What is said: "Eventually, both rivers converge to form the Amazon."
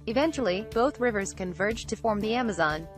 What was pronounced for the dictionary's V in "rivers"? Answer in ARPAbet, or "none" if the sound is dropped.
V